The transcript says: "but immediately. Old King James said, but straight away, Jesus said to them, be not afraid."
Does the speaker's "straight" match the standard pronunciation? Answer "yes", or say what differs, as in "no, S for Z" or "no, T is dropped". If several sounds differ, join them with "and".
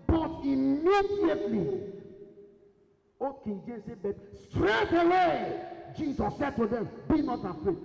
yes